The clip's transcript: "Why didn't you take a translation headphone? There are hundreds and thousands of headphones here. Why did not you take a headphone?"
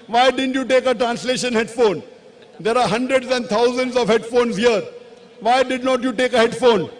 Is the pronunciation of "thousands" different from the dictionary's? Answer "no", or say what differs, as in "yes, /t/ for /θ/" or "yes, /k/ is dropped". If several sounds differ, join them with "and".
yes, /t/ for /θ/